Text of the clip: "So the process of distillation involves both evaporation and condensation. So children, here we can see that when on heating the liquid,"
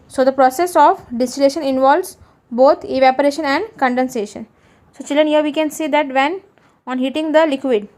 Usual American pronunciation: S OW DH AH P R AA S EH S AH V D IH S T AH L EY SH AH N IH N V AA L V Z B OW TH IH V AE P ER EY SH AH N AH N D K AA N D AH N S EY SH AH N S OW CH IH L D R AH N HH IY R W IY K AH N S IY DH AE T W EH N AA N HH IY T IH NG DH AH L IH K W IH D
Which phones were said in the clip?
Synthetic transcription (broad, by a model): S OW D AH P R AA S EH S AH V D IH S T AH L EY SH AH N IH N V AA L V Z B OW T IH V AE P ER EY SH AH N AH N D K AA N D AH N S EY SH AH N S OW CH IH L D R AH N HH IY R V IY K AH N S IY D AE T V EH N AA N HH IY T IH NG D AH L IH K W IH D